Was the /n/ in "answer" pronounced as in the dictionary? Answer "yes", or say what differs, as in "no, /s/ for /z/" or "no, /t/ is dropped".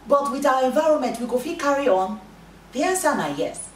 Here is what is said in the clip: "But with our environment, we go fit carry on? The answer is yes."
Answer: no, /n/ is dropped